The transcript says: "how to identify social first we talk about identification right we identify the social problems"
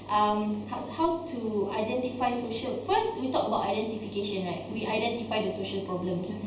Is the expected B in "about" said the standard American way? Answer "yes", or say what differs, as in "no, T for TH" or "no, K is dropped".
yes